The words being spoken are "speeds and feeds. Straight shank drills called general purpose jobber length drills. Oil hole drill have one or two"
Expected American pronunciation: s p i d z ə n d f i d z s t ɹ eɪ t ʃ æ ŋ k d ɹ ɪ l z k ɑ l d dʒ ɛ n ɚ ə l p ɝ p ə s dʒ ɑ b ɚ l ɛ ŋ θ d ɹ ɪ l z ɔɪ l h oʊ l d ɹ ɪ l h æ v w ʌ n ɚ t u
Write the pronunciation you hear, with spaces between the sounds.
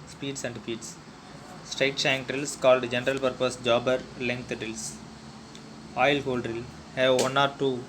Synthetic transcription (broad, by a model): s p i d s ə n d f i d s s t ɹ eɪ t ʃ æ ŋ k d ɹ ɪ l s k ɑ l d dʒ ɛ n ɚ ə l p ɝ p ə s dʒ ɑ b ɚ l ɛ ŋ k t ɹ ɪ l s ɔɪ l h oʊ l d ɹ ɪ l h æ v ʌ n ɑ t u